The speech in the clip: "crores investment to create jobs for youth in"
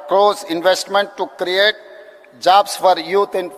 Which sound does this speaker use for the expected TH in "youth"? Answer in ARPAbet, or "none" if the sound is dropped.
T